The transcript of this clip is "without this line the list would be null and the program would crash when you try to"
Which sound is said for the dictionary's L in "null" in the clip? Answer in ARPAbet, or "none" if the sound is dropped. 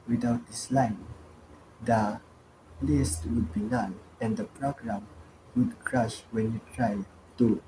N